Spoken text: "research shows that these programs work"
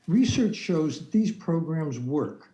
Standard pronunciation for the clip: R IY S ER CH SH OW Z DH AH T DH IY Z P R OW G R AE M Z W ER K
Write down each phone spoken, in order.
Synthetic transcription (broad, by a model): R IY S ER CH SH OW Z DH AH T DH IY Z P R OW G R AE M Z W ER K